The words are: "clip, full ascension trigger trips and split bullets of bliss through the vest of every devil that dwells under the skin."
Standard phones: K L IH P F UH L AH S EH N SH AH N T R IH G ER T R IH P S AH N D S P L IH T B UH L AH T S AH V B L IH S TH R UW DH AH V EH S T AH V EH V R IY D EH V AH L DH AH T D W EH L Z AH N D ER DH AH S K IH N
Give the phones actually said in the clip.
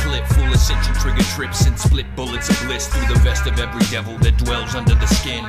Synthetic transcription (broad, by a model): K L IH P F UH L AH S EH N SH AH T R IH G ER T R IH P S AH N S P L IH T B UH L AH T S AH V L IH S TH R UW DH AH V EH S T AH V EH V R IY D EH V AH L DH AH T D W EH L Z AH N D ER DH AH S K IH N